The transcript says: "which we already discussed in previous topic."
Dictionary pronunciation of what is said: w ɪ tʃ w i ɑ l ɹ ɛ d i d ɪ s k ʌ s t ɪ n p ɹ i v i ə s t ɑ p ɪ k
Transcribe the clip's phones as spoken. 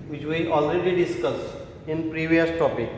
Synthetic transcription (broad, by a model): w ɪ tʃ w i ɑ l ɹ ɛ d i d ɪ s k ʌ s ɪ n p ɹ i v i ə s t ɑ p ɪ k